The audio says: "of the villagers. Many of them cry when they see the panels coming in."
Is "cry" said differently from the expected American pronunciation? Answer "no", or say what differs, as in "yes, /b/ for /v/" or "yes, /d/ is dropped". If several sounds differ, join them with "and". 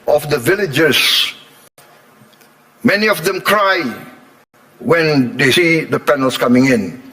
no